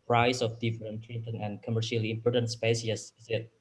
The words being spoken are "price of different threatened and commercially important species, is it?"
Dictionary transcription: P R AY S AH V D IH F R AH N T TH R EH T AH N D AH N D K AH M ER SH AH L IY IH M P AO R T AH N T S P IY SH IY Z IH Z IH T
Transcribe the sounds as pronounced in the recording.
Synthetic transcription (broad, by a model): P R AY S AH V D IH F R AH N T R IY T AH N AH N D K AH M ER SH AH L IY IH M P AO R T AH N T S P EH S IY S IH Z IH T